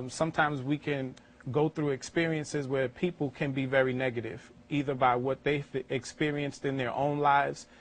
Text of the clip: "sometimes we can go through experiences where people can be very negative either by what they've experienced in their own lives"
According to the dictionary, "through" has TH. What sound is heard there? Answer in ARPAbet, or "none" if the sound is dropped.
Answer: TH